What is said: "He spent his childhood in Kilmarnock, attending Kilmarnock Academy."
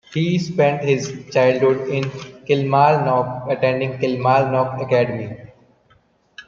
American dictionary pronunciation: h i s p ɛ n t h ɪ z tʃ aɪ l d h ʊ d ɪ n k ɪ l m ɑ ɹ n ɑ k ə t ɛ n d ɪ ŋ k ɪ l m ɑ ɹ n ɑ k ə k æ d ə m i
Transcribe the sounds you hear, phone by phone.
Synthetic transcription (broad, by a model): h i s p ɛ n t h ɪ z tʃ aɪ l d h ʊ d ɪ n k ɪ l m ɑ l n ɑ k ə t ɛ n d ɪ ŋ k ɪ l m ɑ l n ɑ k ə k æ d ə m i